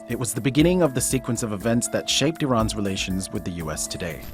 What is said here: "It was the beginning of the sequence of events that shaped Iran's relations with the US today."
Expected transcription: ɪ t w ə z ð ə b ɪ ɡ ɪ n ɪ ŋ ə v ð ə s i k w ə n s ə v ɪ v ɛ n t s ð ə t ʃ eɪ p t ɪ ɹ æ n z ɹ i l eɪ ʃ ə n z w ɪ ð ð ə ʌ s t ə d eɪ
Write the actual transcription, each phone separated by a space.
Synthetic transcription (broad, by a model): ɪ t w ə z ð ə b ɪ ɡ ɪ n ɪ ŋ ə v ð ə s i k w ə n s ə v ɪ v ɛ n t s ð ə t ʃ eɪ p t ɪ ɹ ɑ n z ɹ i l eɪ ʃ ə n z w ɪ ð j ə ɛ s t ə d eɪ